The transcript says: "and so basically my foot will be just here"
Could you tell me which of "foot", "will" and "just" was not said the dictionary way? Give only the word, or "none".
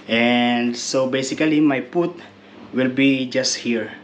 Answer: foot